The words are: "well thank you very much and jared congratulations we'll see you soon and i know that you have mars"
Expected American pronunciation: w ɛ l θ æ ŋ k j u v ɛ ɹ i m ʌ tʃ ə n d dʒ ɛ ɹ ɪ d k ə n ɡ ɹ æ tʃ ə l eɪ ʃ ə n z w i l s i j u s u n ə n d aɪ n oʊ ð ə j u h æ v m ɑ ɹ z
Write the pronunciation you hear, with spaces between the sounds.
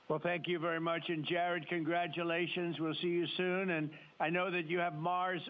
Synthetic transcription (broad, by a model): w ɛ l θ æ ŋ k j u v ɛ ɹ i m ʌ tʃ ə n dʒ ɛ ɹ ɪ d k ə n ɡ ɹ æ tʃ ə l eɪ ʃ ə n z w i l s i j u s u n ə n aɪ n oʊ ð ə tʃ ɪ v m ɑ ɹ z